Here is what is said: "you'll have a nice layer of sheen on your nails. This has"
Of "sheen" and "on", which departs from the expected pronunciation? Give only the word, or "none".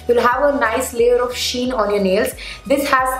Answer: none